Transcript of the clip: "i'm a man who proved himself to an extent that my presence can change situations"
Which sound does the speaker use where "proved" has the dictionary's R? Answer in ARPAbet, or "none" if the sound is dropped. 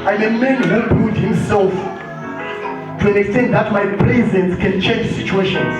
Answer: none